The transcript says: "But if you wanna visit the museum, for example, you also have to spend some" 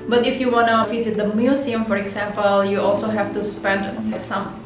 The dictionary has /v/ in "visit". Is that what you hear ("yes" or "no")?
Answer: no